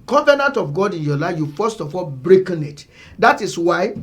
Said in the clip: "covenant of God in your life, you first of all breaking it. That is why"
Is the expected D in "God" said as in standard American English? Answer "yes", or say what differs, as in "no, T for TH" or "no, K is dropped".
yes